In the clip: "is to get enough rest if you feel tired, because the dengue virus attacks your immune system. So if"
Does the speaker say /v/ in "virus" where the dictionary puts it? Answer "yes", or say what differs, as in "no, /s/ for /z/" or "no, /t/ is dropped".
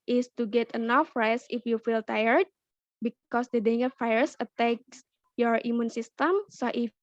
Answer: no, /f/ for /v/